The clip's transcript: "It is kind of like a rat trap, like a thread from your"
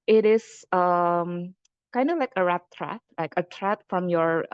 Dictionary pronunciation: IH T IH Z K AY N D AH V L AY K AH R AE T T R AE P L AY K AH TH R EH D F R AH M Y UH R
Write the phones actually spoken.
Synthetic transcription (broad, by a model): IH T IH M K AY N D AH V L AY K AH R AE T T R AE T L AY K AH T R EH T F R AH M Y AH R